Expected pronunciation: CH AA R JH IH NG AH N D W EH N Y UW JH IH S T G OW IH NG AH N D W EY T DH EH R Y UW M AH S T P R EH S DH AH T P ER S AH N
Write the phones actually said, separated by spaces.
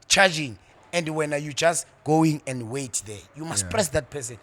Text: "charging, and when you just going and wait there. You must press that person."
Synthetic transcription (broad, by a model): CH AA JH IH NG AH N D W EH N Y UW JH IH S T G OW IH NG AH N D W EY T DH EH Y UW M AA S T P R EH S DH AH T P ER S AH N